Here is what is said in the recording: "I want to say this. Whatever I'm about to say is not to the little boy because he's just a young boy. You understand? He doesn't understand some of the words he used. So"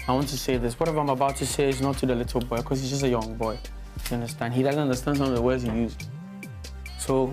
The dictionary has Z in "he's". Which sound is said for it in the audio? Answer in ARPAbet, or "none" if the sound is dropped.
Z